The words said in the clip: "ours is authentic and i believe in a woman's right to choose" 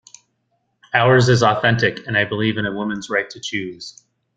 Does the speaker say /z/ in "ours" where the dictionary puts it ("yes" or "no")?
yes